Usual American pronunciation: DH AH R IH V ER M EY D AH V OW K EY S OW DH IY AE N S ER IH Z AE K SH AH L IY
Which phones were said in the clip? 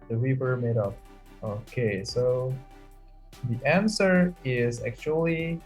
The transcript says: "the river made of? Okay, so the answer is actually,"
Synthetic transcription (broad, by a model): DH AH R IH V ER M EY D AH P OW K EY S OW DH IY AE N S ER IH Z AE K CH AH L IY